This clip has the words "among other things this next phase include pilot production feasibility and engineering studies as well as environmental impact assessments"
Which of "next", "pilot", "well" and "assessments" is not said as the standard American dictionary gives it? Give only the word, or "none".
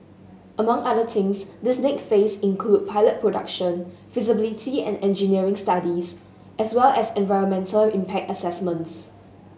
next